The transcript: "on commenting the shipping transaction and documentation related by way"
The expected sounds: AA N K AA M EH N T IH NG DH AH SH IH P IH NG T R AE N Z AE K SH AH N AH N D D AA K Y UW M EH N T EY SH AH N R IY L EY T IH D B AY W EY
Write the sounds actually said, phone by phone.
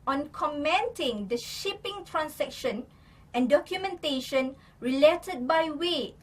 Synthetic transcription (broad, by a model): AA N K AA M EH N T IH NG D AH SH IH P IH NG T R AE N S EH K SH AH N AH N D D AA K Y UW M EH N T EY SH AH N R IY L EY T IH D B AY W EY